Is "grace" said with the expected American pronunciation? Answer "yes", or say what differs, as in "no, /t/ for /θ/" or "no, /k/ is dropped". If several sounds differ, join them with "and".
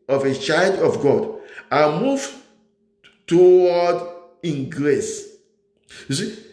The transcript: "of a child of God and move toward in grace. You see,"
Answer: yes